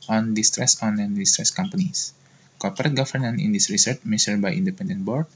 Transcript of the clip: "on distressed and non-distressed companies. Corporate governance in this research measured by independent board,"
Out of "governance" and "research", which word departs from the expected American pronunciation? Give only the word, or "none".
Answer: governance